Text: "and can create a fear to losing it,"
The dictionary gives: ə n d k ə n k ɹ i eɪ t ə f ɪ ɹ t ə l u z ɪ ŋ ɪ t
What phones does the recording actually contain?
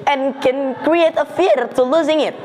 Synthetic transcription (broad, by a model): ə n k ə n k ɹ i eɪ t ə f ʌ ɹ t ə l u z ɪ ŋ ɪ t